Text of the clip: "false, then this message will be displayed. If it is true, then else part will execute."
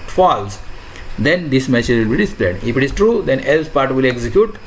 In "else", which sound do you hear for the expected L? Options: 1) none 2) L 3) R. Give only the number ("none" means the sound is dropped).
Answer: 2